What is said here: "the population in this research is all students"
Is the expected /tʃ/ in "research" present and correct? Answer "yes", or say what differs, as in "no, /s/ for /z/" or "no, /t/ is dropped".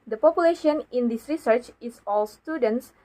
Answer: yes